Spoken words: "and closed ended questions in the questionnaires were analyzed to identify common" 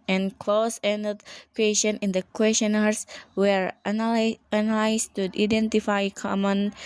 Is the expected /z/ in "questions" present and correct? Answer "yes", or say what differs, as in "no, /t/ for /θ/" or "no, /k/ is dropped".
no, /z/ is dropped